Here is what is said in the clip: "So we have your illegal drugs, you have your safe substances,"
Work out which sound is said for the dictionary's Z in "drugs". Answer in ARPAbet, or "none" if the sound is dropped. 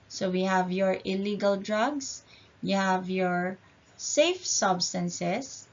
S